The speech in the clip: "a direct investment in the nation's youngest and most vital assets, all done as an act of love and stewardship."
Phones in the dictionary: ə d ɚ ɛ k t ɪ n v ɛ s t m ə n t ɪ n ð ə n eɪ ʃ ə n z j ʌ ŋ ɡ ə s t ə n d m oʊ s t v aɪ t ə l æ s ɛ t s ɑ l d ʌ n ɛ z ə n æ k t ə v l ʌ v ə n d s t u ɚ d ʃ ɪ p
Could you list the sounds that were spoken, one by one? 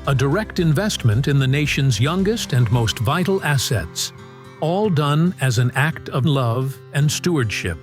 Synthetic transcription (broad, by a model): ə d ɚ ɛ k t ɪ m v ɛ s t m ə n t ɪ n ð ə n eɪ ʃ ə n z j ʌ ŋ ɡ ə s t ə n m oʊ s t v aɪ t l æ s ɛ t s ɑ l d ʌ n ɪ z ə n æ k t ə v l ʌ v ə n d s t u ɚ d ʃ ɪ p